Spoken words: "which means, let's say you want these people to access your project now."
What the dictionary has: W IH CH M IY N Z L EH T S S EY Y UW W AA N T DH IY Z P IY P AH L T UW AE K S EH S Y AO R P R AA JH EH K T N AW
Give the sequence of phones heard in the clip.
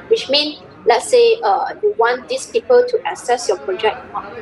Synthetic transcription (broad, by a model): W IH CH M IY N S L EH T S S EY Y UW W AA N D IY S P IY P AH L T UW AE S EH S Y AO P R AA JH EH K T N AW